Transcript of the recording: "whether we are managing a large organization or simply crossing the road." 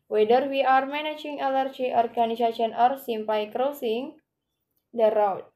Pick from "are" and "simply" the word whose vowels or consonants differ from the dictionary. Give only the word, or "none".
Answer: simply